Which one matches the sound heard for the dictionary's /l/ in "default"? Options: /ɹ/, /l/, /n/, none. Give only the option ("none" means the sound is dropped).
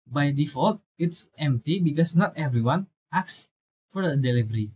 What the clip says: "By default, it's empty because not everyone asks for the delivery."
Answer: /l/